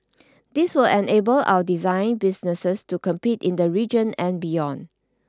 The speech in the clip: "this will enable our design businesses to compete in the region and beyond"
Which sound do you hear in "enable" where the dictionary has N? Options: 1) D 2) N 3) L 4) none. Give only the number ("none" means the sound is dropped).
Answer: 2